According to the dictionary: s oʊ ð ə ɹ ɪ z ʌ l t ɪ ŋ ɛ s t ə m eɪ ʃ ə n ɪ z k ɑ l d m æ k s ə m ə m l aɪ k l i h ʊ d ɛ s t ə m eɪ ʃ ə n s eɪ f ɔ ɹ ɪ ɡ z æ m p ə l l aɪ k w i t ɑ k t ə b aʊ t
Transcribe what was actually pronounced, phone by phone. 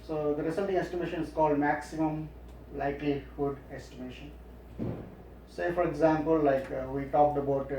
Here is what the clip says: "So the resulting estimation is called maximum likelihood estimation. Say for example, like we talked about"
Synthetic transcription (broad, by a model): s oʊ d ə ɹ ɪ s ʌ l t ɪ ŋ ɛ s t ə m eɪ ʃ ə n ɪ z k ɑ l d m æ k s ə m ə m l aɪ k l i h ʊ d ɛ s t ə m eɪ ʃ ə n s eɪ f ɔ ɹ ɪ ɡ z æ m p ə l l aɪ k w i t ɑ k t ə b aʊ t